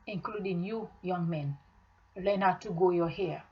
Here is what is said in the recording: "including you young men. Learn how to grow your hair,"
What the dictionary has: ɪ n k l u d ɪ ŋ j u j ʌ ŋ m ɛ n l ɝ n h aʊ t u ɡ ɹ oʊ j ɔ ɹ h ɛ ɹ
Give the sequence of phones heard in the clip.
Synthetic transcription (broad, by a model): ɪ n k l u d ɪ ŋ j u j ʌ ŋ m ɛ n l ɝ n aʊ t u ɡ oʊ j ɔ h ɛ